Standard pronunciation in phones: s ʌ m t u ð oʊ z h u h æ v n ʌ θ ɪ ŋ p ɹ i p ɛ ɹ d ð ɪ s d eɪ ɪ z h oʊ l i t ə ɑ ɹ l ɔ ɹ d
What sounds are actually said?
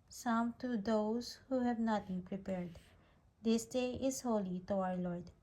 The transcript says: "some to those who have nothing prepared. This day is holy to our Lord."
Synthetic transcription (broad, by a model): s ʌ m t u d oʊ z h u h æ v n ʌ t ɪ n p ɹ i p ɛ ɹ d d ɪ s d eɪ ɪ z h oʊ l i t ə ɑ ɹ l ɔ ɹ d